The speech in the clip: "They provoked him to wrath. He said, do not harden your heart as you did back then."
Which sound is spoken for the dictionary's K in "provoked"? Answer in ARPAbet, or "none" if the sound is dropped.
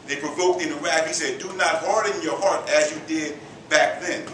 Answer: K